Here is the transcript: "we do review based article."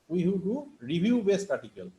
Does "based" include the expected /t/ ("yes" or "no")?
yes